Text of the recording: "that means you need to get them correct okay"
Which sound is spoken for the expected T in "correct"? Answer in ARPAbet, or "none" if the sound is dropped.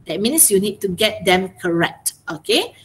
T